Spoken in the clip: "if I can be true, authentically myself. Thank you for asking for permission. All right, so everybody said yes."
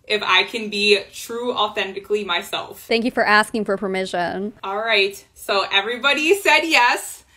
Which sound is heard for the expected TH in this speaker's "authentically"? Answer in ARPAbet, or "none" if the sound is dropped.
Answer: TH